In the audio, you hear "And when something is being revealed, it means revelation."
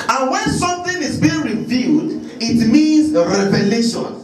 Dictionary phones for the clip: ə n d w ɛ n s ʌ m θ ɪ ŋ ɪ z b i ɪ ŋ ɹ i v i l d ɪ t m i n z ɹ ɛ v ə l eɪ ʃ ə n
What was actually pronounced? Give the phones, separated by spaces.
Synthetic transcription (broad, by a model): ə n w ɛ n s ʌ m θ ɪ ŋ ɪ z b i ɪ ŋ ɹ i v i d ɪ t m i n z ɹ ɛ v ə l eɪ ʃ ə n